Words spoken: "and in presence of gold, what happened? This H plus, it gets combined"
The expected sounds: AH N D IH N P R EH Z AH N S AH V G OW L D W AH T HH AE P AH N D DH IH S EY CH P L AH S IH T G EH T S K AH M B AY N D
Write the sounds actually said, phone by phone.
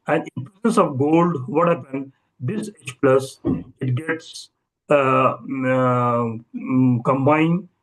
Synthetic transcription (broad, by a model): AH N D IH N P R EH S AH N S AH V G OW L D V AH T HH AE P AH N D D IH S EY CH P L AH S IH T G EH T S K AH M B AY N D